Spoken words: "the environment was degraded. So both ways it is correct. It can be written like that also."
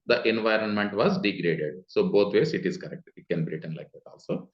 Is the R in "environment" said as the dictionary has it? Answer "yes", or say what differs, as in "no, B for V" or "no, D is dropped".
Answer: yes